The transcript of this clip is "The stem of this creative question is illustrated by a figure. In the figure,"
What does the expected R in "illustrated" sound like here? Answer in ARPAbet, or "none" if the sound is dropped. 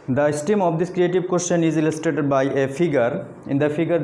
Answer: none